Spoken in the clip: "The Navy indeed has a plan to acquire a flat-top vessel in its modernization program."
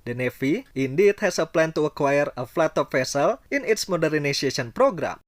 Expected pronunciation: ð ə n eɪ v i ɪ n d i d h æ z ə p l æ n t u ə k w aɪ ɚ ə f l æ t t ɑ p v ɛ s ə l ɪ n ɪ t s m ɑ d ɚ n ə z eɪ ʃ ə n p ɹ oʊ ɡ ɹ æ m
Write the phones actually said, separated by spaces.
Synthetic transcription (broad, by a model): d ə n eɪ f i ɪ n d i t h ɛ s ə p l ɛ n t u ə k w aɪ ɚ ə f l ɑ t t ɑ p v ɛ s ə l ɪ n ɪ t s m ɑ d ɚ n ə s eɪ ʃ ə n p ɹ oʊ ɡ ɹ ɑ m